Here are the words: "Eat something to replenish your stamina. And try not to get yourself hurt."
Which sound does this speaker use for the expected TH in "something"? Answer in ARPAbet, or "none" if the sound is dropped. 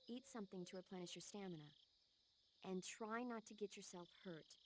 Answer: TH